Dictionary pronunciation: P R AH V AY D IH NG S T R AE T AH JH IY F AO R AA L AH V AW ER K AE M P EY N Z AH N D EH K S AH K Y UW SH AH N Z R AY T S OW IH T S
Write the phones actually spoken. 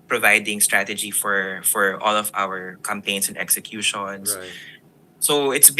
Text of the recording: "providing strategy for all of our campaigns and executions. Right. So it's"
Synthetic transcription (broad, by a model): P R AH V AY D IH NG S T R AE T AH JH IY F AO R AA L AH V AW ER K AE M P EY N S AH N D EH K S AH K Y UW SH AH N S S OW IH T S